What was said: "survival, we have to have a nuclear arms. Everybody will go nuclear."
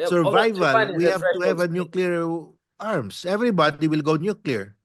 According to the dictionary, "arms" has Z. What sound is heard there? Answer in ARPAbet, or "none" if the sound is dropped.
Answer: S